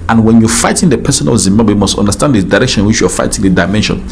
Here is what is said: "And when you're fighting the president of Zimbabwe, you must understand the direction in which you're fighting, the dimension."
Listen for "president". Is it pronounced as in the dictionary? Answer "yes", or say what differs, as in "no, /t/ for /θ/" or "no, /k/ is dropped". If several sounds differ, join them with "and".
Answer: no, /ɹ/ is dropped and /s/ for /z/ and /t/ is dropped